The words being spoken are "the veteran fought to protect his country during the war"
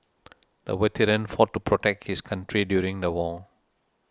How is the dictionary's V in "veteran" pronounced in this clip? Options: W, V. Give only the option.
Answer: W